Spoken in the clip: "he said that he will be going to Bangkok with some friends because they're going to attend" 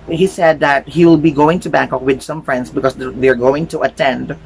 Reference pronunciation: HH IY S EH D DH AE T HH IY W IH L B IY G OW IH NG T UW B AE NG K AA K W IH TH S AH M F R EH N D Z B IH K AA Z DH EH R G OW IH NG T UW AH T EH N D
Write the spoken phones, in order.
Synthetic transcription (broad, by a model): HH IY S EH D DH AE T HH IY W IH L B IY G OW IH NG T UW B AE NG K AA K W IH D S AH M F R EH N D S B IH K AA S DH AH R G OW IH NG T UW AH T EH N D